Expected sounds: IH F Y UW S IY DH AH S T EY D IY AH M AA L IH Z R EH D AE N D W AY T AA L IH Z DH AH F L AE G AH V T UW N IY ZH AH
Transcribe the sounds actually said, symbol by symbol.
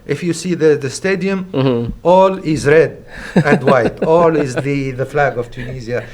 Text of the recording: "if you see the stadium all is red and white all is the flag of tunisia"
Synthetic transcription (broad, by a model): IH F Y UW S IY DH AH S T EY D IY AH M AA L IH Z R EH D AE N D W AY T AA L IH Z DH AH F L AE G AH V T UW N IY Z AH